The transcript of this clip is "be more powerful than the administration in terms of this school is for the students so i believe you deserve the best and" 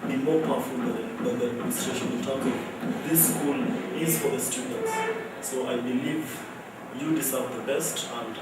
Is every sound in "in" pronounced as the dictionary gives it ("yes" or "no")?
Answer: no